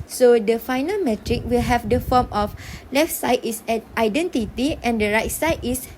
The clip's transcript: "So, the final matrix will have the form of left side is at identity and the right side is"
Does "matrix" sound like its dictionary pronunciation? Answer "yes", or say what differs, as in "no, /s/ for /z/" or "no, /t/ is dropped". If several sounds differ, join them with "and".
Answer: no, /s/ is dropped